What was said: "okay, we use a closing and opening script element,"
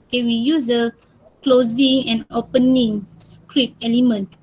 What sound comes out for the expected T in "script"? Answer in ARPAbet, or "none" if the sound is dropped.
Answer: none